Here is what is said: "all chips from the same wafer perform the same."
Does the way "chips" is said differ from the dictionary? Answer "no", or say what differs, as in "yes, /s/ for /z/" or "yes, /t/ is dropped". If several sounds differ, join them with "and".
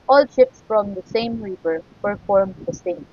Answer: yes, /ʃ/ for /tʃ/